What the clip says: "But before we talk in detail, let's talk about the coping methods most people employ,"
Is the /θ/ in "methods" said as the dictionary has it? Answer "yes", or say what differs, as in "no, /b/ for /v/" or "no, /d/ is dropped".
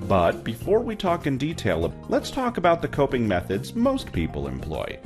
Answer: yes